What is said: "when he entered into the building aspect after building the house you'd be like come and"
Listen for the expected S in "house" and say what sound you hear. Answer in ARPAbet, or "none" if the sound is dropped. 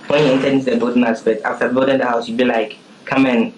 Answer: S